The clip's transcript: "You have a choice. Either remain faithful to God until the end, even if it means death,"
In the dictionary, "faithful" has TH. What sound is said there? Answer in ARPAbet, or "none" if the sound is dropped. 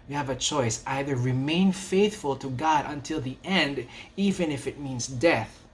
TH